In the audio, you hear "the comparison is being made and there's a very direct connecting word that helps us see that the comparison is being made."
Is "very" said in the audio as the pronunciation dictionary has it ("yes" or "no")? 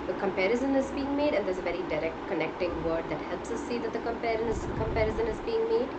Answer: yes